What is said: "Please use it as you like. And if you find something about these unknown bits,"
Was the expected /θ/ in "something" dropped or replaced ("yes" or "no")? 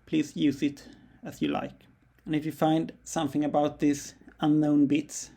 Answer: no